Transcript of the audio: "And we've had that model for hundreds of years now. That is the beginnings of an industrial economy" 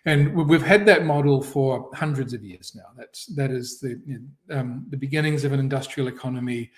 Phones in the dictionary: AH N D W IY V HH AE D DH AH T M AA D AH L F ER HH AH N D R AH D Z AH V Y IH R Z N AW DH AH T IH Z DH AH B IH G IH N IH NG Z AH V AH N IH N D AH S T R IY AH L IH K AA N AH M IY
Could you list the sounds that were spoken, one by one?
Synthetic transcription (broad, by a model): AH N W IY V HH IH D DH AH T M AA D L F ER HH AH N D R AH D Z AH V Y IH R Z N AW DH AH T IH Z DH AH B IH G IH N IH NG Z AH V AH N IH N D AH S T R IY L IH K AA N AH M IY